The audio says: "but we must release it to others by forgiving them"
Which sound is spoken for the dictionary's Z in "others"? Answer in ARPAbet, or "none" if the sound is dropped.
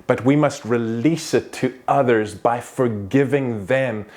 Z